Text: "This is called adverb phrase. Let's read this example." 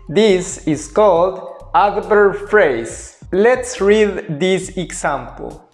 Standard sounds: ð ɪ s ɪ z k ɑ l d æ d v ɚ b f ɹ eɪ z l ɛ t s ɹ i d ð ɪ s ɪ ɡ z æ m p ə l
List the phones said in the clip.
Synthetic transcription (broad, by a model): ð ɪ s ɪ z k ɑ l d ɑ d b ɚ f ɹ eɪ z l ɛ t s ɹ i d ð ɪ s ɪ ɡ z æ m p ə l